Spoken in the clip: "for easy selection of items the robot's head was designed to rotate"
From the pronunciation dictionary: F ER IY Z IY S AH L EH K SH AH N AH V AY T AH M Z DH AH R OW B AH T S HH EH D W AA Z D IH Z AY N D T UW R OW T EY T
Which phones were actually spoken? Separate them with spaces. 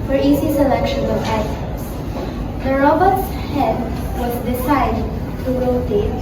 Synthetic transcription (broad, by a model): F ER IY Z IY S AH L EH K SH AH N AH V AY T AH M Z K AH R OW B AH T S HH EH D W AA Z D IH S AY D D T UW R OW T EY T